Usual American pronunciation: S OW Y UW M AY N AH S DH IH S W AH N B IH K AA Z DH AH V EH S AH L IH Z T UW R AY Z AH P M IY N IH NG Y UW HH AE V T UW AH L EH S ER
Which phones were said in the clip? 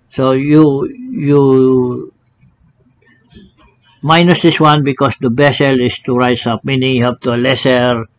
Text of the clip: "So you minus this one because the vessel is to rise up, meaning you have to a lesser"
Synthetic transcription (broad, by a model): S OW Y UW M AY N AH S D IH S W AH N B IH K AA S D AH B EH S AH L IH S T UW R AY S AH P M IY N IH NG Y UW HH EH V T UW AH L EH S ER